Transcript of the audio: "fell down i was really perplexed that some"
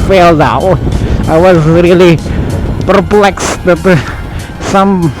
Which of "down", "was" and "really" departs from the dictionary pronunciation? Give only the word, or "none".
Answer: down